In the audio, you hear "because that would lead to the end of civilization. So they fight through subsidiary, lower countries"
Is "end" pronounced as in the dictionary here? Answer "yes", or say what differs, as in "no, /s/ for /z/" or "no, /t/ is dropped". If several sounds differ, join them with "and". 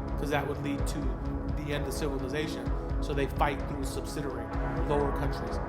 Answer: yes